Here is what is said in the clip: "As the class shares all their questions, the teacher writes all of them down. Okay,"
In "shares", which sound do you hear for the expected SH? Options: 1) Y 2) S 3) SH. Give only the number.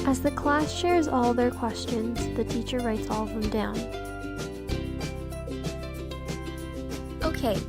3